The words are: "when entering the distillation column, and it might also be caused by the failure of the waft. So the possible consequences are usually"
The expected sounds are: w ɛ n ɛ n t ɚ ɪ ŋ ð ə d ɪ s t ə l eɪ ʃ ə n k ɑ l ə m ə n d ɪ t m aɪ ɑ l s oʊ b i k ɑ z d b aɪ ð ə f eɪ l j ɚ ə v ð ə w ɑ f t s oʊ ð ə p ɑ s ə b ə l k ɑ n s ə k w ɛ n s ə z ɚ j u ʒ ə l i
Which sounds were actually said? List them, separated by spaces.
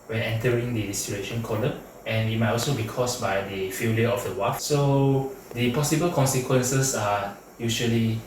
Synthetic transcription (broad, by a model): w ɛ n ɛ n t ɚ ɪ ŋ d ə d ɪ s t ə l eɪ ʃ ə n k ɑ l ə ə n ɪ t m aɪ ɑ l s oʊ b i k ɑ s b aɪ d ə f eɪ l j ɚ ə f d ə w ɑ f s oʊ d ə p ɑ s ə b ə l k ɑ n s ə k w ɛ n s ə s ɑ j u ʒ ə l i